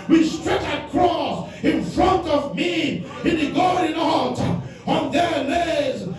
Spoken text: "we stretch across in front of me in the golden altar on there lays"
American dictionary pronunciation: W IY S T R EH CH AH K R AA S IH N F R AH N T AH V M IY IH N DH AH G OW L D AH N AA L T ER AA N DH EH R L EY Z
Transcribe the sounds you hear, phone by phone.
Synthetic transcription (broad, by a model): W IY S T R EH CH AH K R AA S IH N F R AH N T AH V M IY IH N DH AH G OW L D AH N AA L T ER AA N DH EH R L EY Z